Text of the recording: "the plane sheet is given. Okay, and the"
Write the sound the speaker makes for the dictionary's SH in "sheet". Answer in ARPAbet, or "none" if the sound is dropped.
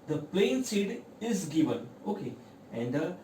S